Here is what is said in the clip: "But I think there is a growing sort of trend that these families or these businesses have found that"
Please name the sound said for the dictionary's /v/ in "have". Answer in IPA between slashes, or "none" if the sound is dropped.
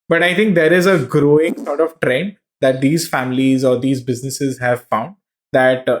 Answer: /v/